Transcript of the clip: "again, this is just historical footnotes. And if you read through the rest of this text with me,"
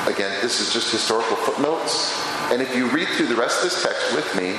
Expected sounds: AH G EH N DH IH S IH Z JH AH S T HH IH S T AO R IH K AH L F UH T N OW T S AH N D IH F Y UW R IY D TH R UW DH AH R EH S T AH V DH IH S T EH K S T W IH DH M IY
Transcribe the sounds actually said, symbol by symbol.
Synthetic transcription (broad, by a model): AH G EH N DH IH S IH Z JH AH S T HH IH S T AO R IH K L F UH T N OW T S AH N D IH F Y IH R IY D TH R UW DH AH R EH S T AH V DH IH S T EH K S T W IH DH M IY